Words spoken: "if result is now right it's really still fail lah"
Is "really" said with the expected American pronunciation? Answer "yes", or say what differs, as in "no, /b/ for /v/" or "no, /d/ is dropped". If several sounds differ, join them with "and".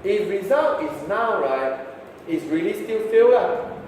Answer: yes